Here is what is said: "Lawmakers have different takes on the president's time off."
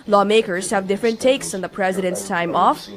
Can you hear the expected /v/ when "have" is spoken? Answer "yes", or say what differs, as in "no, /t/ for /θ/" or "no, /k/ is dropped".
yes